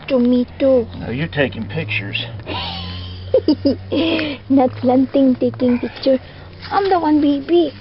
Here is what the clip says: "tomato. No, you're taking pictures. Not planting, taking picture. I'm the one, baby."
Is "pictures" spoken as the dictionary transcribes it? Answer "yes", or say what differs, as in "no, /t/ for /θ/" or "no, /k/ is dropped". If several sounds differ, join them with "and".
yes